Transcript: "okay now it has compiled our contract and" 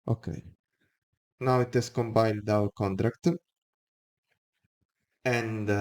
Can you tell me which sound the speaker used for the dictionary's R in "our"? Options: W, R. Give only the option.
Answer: W